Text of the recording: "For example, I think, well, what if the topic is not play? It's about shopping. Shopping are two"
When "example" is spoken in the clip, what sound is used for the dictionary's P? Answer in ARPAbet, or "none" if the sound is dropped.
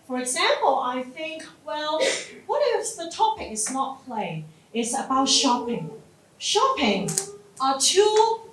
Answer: P